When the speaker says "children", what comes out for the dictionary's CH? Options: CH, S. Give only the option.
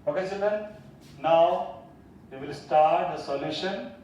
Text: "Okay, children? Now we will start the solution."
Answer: S